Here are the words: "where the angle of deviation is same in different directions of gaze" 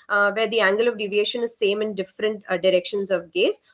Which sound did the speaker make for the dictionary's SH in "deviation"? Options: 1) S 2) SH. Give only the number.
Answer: 2